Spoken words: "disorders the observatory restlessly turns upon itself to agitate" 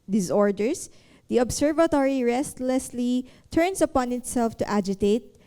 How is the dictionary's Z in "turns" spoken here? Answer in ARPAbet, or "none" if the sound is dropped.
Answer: S